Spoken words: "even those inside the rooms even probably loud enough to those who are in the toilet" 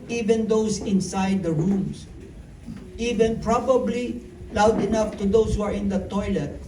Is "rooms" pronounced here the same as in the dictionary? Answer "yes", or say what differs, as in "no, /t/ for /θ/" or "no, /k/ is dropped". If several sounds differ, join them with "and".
no, /s/ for /z/